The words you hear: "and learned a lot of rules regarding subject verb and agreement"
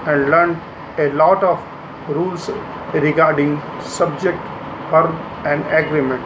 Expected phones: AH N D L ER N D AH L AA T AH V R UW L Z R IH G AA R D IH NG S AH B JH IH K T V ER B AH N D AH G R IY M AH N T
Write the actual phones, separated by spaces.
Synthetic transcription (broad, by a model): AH N D L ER N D AH L AA T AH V R UW L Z R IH G AA R D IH NG S AH B JH IH K T F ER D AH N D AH G R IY M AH N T